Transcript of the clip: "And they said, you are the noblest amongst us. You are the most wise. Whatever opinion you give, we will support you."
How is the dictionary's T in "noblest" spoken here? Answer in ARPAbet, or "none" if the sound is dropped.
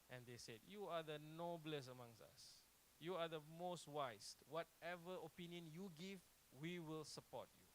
none